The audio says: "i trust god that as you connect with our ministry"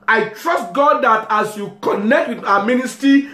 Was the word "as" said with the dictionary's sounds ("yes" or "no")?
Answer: no